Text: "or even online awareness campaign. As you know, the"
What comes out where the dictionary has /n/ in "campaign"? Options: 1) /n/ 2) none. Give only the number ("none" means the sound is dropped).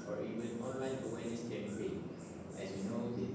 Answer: 2